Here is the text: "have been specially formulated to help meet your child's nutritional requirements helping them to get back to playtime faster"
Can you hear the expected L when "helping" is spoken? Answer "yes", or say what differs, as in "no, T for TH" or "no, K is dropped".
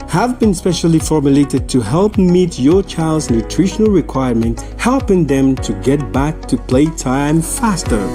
yes